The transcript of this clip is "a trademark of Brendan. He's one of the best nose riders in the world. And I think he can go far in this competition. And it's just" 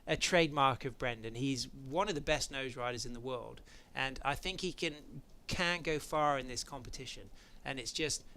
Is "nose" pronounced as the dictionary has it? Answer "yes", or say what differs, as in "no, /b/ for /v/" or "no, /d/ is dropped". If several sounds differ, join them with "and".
yes